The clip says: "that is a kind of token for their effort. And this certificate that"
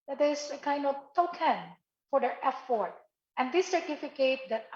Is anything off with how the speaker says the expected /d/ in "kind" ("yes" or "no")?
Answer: no